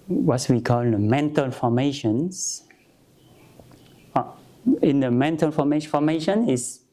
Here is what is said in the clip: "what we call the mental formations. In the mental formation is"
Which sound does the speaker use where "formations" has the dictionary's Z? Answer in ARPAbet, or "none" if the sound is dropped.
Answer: S